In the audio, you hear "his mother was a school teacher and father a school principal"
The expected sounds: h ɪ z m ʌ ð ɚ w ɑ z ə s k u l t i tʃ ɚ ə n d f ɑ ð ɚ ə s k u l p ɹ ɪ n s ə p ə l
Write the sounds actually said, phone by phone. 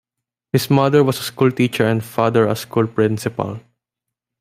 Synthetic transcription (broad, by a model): h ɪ s m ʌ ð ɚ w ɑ s ə s k u l t i tʃ ɚ ə n d f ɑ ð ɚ ə s k u l p ɹ ɪ n s ə p ə l